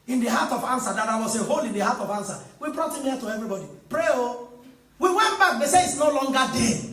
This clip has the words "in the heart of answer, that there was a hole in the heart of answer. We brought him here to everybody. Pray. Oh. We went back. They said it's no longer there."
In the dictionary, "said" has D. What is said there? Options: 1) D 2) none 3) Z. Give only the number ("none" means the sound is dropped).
2